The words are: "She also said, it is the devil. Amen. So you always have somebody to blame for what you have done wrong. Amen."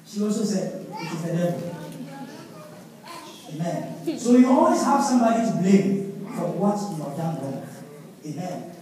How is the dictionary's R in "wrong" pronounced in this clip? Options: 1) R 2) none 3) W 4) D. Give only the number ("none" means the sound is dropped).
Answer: 3